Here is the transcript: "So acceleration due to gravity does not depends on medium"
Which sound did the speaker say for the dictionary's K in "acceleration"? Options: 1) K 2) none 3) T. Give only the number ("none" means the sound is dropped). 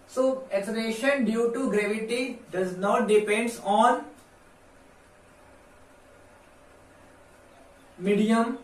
2